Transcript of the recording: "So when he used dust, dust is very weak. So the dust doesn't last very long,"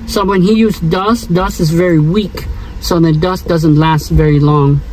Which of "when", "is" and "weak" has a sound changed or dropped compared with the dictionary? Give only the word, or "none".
none